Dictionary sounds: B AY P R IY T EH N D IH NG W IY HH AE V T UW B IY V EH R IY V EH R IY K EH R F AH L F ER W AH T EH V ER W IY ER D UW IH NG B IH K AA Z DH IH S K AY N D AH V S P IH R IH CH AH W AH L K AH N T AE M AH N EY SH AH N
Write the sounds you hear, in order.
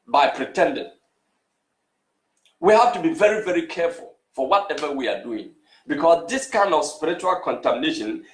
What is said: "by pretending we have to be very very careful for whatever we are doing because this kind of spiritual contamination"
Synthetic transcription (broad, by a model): B AY P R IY T EH N D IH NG W IY HH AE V T UW B IY V EH R IY V EH R IY K EH R F AH L F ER W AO T EH V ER W IY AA D UW IH NG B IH K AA S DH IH S K AY N D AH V S P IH R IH CH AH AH L K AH N T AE M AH N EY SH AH N